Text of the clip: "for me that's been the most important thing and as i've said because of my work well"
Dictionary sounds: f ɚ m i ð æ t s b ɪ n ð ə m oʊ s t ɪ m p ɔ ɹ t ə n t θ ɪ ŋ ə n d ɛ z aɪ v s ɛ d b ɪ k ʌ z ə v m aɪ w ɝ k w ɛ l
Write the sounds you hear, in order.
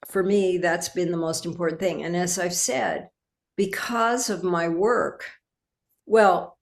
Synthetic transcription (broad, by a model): f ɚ m i ð æ t s b ɪ n ð ə m oʊ s t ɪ m p ɔ ɹ t n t θ ɪ ŋ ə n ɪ z aɪ v s ɛ d b ɪ k ʌ z ə v m aɪ w ɝ k w ɛ l